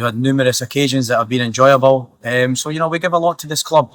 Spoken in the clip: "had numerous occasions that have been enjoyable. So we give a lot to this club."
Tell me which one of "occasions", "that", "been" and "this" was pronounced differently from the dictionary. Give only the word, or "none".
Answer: none